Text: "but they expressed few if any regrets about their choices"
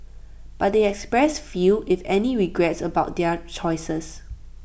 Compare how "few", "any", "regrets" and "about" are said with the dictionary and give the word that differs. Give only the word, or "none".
none